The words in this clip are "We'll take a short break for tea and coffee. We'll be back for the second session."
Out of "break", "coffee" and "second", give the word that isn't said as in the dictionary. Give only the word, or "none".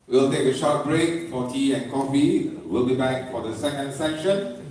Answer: none